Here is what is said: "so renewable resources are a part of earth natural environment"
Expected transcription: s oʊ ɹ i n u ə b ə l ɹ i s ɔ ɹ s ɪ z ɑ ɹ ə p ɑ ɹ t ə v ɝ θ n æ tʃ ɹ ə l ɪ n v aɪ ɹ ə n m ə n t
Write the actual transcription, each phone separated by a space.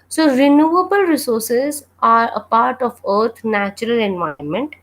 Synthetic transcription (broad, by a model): s oʊ ɹ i n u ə b ə l ɹ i s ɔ ɹ s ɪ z ɑ ɹ ə p ɑ ɹ t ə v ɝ t n æ tʃ ɹ ə l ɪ n v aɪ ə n m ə n t